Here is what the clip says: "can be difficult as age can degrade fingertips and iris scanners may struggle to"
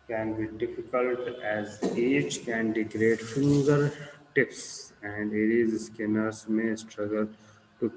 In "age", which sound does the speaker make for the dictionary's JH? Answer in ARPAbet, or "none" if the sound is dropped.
CH